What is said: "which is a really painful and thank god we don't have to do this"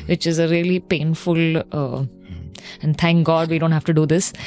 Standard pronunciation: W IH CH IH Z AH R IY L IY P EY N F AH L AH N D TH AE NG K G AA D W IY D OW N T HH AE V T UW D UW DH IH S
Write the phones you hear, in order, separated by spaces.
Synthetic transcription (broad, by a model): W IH CH IH Z AH R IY L IY P EY N F AH L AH N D T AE NG K G AA D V IY D OW N T HH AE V T UW D UW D IH S